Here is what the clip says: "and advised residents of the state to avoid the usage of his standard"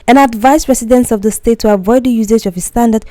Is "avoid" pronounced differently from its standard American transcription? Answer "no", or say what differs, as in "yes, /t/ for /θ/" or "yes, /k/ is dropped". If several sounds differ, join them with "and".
no